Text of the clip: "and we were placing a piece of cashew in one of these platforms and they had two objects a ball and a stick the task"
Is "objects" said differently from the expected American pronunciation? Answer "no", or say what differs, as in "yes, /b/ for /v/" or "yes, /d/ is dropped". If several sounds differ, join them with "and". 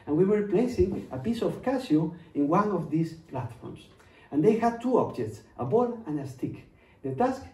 no